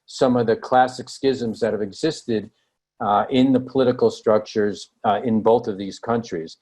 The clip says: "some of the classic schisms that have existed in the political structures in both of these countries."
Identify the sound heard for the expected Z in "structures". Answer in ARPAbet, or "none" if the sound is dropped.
Z